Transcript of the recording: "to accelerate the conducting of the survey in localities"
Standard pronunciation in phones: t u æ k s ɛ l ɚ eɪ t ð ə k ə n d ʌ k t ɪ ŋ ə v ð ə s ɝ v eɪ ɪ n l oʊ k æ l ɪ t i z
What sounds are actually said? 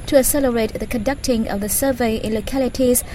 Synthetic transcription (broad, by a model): t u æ s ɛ l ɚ eɪ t ð ə k ə n d ʌ k t ɪ ŋ ə v ð ə s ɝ v eɪ ɪ n l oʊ k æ l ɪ t i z